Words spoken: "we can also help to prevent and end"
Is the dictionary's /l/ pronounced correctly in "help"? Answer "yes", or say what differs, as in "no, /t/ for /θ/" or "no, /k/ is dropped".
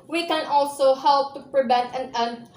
yes